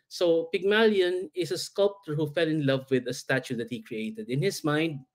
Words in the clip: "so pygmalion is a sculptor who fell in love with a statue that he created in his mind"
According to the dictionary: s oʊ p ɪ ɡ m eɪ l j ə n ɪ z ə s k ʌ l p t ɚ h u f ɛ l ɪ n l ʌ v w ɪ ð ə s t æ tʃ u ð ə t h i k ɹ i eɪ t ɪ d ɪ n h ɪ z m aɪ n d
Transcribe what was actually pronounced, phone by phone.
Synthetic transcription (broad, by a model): s oʊ p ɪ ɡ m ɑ l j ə n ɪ s ə s k ʌ l p t ɚ h u f ɛ l ɪ n l ʌ v w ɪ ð ə s t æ tʃ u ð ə t h i k ɹ i eɪ t ɪ d ɪ n h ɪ s m aɪ n d